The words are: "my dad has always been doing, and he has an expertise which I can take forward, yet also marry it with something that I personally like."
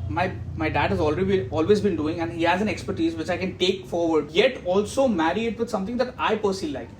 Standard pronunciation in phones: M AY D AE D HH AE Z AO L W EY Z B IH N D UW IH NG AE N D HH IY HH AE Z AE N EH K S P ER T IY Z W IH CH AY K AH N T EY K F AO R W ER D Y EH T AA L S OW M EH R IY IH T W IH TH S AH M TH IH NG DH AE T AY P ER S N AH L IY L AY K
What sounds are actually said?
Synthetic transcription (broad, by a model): M AY D AE D HH AE Z AO L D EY Z B IH N D UW IH NG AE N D HH IY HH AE Z AE N EH K S P ER T IY Z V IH CH AY K AH N T EY K F AO R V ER D Y EH T AA L S OW M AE R IY IH T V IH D S AH M T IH NG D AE T AY P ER S AH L L AY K